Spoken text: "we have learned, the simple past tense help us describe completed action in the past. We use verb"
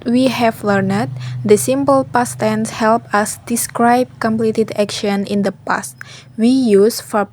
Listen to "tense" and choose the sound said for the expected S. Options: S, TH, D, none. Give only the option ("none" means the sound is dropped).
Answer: S